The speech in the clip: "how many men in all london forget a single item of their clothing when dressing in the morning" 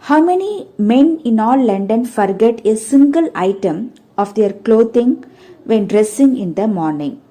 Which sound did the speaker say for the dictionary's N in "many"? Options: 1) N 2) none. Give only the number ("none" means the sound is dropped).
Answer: 1